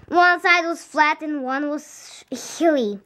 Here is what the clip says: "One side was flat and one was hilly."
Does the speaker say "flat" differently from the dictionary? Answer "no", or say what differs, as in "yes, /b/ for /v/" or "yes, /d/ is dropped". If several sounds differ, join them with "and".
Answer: no